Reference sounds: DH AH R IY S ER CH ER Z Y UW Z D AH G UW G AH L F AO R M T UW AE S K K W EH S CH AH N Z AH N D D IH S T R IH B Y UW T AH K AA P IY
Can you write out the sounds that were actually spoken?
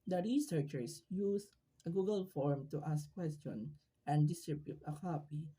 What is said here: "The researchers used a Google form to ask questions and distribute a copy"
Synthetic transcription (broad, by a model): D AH R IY S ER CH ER S Y UW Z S AH G UW G AH L F AO R M T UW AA S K K W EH S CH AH N AH N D D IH S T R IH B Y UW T AH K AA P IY